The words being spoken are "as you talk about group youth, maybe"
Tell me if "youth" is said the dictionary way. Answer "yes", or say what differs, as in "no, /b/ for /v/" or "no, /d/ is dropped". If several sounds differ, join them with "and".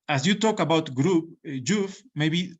no, /f/ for /θ/